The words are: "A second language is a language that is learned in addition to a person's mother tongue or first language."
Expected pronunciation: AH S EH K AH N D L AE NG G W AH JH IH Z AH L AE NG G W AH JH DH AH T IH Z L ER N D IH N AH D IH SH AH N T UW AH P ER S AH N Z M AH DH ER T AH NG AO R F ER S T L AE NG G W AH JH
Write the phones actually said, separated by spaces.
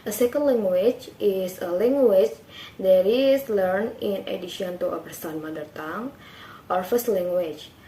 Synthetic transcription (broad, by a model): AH S EH K AH N D L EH NG G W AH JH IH S AH L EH NG G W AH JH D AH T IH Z L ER N IH N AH D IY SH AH N T UW AH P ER S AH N M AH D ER T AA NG AO R F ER S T L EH NG G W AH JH